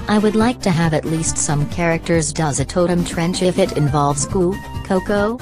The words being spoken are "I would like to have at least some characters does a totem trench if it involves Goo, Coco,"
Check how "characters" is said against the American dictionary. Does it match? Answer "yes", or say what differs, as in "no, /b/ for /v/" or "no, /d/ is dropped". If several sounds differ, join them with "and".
yes